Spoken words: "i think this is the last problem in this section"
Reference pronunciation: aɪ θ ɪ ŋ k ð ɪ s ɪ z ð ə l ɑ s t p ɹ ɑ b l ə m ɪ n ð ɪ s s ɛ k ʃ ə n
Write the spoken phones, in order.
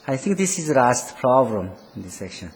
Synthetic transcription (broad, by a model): aɪ t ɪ ŋ k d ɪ s ɪ z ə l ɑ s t p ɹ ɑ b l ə m ɪ n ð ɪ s s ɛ k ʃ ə n